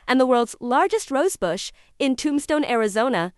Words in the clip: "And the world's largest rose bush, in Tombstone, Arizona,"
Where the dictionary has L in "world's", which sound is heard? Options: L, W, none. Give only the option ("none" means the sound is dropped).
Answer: L